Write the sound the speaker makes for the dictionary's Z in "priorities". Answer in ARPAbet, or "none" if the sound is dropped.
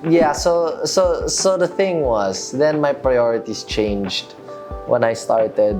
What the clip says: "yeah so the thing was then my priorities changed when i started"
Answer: S